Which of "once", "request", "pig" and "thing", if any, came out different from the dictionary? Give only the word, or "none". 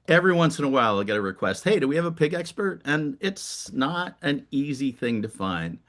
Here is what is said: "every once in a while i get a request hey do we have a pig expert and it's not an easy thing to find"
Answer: none